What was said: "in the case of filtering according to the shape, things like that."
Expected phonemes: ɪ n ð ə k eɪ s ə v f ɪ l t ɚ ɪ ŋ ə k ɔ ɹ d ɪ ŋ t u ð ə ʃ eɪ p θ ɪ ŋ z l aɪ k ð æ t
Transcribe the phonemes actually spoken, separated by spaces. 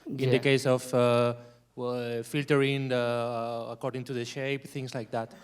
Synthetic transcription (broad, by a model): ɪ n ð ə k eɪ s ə w f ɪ l t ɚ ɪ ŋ ə k ɔ ɹ d ɪ ŋ t u ð ə ʃ eɪ p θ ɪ ŋ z l aɪ k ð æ t